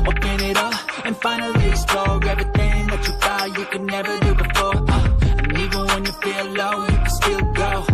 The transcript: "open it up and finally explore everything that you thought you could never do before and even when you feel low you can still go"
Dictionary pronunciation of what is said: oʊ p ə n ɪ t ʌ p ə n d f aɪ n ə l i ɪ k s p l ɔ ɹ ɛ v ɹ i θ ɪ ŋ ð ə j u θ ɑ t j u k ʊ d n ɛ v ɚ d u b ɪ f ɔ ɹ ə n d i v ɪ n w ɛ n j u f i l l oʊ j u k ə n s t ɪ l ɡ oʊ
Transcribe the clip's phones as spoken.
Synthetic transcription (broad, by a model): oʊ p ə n ɪ t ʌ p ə n f aɪ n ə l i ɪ s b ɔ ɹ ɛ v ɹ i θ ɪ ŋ ð ə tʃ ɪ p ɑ j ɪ k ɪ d n ɛ v ɚ d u b ɪ f ɔ ɹ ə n i v ɪ n w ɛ n j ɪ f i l l oʊ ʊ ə s t ɪ l ɡ oʊ